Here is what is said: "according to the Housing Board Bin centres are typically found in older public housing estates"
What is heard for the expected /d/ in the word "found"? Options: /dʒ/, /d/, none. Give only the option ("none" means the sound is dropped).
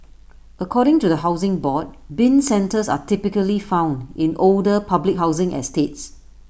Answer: /d/